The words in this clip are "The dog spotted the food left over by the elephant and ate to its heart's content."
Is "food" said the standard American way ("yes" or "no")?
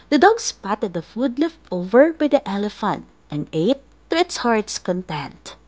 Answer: yes